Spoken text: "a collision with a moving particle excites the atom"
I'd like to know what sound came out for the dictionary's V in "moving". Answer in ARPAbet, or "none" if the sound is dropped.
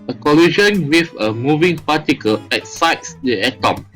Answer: V